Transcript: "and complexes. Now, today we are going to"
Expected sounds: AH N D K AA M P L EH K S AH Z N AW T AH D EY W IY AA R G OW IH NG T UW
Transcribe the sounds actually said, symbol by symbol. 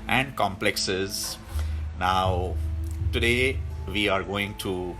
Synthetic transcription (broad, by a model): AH N D K AA M P L EH K S AH Z N AW T AH D EY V IY AA R G OW IH NG T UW